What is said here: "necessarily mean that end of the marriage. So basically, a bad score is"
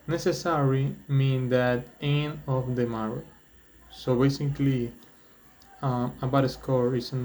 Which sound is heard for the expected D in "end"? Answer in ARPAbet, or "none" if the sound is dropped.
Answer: none